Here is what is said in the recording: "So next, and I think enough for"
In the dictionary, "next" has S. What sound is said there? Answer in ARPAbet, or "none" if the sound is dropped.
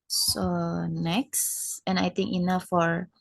S